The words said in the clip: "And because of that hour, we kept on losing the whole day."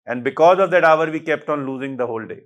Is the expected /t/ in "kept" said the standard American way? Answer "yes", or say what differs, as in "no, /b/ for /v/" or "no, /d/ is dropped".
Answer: yes